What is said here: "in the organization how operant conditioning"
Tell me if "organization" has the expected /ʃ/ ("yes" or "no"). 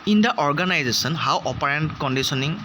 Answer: no